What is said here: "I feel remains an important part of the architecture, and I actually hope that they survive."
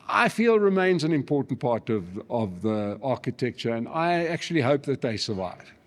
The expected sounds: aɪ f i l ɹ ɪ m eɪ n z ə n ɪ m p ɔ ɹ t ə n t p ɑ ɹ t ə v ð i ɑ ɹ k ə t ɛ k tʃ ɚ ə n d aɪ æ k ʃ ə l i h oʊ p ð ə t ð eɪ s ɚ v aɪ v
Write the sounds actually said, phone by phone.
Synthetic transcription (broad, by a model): aɪ f i l ɹ ɪ m eɪ n z ə n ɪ m p ɔ ɹ t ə n t p ɑ ɹ t ə v ð i ɑ ɹ k ə t ɛ k tʃ ɚ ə n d aɪ æ k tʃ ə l i h oʊ p ð ə t ð eɪ s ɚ v aɪ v